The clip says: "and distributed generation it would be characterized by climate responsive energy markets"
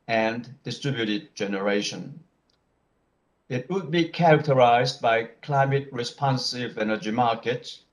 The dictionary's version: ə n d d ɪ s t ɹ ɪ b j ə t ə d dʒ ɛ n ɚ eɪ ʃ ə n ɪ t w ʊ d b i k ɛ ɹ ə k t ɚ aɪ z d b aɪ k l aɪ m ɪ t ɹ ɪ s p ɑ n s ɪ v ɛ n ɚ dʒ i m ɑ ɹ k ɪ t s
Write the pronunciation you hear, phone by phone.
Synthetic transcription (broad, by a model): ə n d d ɪ s t ɹ ɪ b j ə t ə d dʒ ɛ n ɚ eɪ ʃ ə n ɪ t w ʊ d b i k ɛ ɹ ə k t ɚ aɪ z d b aɪ k l aɪ m ɪ t ɹ ɪ s p ɑ n s ɪ v ɛ n ɚ dʒ i m ɑ ɹ k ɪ t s